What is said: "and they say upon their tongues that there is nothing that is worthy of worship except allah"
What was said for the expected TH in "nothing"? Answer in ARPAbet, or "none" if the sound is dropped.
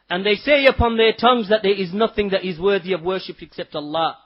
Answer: TH